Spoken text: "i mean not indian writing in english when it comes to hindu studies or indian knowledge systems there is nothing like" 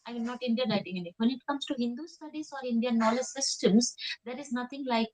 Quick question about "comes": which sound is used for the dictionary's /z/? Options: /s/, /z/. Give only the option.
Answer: /s/